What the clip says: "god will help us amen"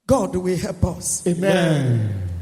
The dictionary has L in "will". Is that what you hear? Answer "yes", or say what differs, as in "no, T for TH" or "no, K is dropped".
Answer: no, W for L